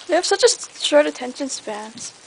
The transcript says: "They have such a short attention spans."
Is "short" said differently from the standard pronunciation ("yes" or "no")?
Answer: yes